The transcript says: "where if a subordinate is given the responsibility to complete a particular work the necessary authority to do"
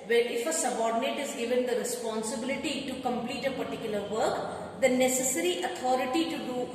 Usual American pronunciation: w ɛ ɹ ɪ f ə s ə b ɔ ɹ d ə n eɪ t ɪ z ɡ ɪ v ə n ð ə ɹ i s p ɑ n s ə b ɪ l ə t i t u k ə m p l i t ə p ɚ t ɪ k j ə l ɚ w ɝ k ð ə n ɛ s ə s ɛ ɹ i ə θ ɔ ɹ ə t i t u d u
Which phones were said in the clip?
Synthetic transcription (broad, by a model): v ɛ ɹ ɪ f ə s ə b ɔ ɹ d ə n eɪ t ɪ z ɡ ɪ v ə n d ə ɹ i s p ɑ n s ə b ɪ l ə t i t u k ə m p l i t ə p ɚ t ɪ k j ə l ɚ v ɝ k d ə n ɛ s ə s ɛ ɹ i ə t ɔ ɹ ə t i t u d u